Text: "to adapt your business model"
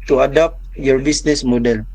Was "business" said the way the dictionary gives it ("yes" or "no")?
no